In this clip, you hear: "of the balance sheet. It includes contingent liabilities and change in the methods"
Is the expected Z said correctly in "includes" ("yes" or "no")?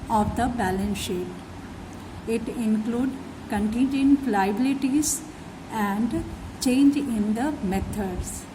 no